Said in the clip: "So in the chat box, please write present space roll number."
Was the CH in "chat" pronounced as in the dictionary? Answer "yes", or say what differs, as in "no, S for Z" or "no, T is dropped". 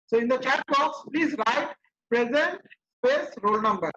yes